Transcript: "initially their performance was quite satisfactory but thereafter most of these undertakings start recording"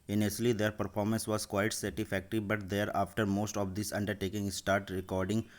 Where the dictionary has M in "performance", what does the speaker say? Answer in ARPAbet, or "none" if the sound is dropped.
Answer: M